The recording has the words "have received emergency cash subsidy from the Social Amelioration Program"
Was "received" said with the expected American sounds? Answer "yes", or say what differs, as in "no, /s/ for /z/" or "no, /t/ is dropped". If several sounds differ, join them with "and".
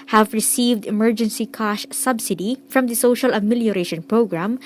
yes